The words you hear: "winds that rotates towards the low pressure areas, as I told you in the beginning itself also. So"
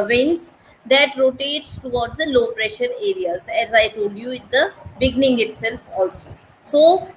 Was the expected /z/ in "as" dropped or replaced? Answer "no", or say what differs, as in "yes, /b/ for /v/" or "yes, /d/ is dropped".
no